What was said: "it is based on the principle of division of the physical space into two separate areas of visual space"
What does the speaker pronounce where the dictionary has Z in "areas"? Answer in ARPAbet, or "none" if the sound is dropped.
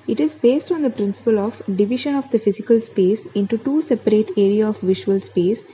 none